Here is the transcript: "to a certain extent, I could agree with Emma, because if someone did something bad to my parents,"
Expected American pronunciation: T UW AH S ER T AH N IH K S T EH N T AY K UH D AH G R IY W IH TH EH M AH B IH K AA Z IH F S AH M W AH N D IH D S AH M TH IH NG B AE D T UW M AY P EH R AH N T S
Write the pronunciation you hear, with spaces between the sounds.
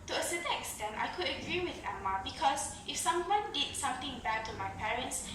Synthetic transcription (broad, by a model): T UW AH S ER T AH IH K S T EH N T AY K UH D AH G R IY W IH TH EH M AH B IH K AA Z IH F S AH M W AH N D IH D S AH M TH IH NG B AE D T UW M AY P EH R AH N T S